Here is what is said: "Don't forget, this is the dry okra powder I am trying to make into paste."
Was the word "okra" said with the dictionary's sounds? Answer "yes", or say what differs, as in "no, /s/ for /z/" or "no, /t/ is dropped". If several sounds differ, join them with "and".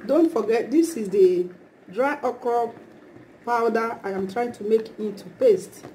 no, /ɹ/ is dropped